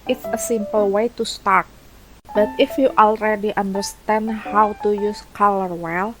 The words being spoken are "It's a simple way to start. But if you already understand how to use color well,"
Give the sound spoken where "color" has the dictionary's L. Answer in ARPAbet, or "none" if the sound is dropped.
L